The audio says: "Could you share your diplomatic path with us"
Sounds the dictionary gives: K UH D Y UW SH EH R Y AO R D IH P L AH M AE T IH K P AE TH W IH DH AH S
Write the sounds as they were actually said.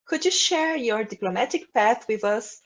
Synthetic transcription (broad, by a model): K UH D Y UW SH EH R Y AO R D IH P L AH M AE T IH K P AE TH W IH DH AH S